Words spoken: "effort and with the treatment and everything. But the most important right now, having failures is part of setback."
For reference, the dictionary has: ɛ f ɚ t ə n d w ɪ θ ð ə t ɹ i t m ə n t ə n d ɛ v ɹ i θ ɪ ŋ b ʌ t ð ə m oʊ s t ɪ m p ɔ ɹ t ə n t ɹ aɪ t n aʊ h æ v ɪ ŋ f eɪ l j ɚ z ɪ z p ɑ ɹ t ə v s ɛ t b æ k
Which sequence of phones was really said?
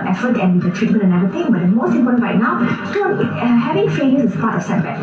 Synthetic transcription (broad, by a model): ɛ f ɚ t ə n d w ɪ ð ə t ɹ i t m ə n t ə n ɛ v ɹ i t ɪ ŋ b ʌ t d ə m oʊ s t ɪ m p ɔ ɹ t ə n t ɹ aɪ t n aʊ h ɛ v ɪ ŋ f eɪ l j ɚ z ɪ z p ɑ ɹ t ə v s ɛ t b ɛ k